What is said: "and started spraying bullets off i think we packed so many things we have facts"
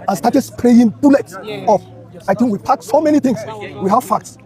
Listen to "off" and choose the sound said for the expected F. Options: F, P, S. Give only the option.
P